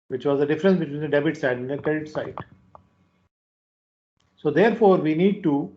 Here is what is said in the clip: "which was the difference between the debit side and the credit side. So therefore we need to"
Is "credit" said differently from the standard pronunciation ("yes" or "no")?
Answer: yes